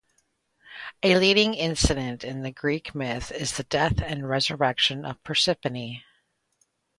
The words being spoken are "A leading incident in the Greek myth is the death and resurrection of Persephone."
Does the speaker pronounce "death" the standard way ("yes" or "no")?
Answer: yes